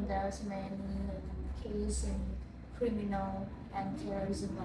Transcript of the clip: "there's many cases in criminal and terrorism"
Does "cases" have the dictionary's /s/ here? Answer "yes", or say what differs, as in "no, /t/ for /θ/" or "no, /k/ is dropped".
no, /s/ is dropped